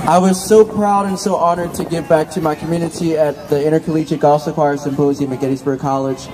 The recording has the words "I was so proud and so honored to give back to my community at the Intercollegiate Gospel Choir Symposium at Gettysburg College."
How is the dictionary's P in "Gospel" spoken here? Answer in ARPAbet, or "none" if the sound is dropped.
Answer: none